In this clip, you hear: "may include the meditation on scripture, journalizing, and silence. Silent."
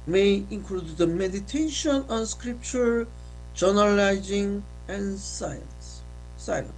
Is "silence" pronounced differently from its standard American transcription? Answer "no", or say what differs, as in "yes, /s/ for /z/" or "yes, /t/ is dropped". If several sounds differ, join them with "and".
yes, /l/ is dropped